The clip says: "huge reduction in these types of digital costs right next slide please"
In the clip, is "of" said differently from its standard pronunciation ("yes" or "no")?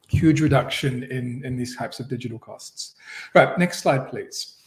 no